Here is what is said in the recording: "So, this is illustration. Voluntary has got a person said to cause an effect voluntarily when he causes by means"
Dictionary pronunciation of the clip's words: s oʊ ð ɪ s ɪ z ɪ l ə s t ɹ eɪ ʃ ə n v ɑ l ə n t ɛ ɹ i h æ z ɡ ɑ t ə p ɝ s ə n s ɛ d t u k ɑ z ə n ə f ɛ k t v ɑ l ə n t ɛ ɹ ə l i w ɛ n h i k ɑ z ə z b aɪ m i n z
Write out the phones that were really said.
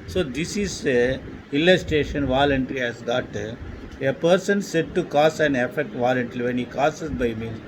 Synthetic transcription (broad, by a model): s oʊ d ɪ s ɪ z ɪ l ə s t eɪ ʃ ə n v ɑ l ə n t ɛ ɹ i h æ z ɡ ɑ t ə p ɝ s ə n s ɛ d t u k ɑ s ə n ə f ɛ k t v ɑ l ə n t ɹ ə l i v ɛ n h i k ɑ s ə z b aɪ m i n